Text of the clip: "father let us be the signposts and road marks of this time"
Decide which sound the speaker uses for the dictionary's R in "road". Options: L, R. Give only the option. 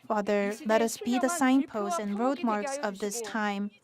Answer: R